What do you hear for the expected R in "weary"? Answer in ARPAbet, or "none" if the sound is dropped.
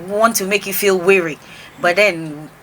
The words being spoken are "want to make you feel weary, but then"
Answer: R